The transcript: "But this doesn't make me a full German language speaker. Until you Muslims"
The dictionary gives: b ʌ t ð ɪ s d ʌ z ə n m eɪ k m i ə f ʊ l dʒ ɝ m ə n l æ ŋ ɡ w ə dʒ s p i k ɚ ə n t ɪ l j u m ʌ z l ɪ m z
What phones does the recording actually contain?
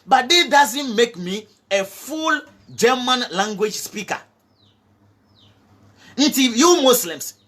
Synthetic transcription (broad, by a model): b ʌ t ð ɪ d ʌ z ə n m eɪ k m i ə f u l dʒ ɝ m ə n l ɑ ŋ ɡ w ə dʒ s p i k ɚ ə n t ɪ j u m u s l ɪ m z